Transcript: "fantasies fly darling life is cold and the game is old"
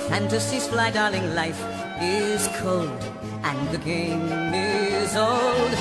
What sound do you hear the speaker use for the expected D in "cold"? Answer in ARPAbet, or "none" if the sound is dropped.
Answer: D